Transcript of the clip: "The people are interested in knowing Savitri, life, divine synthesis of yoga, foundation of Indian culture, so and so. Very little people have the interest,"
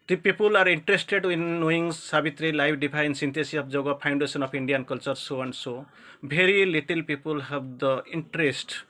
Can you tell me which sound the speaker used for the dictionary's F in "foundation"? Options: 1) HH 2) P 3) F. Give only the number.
2